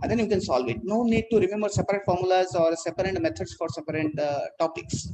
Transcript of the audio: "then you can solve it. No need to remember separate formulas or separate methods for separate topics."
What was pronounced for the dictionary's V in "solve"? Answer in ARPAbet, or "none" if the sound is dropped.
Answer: V